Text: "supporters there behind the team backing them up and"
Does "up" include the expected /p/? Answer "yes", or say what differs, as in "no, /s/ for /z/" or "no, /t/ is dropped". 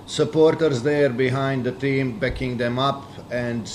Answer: yes